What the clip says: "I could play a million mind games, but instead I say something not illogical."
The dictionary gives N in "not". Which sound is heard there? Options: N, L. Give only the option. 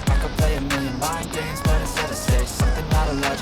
L